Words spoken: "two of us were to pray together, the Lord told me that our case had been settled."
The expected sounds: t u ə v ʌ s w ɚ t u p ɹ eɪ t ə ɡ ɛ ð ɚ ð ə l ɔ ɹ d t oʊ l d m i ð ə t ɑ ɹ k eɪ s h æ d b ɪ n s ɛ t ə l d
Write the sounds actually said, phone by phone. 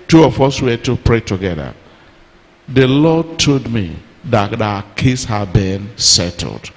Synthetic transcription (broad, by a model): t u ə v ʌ s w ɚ t u p ɹ eɪ t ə ɡ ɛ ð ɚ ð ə l ɔ d t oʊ d m i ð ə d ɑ k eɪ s h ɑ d b ɪ n s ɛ t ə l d